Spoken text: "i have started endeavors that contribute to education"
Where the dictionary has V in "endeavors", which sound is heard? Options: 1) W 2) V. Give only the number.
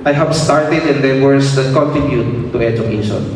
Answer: 1